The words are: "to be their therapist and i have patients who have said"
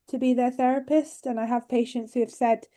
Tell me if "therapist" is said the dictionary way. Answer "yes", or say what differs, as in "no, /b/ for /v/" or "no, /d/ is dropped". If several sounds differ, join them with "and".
yes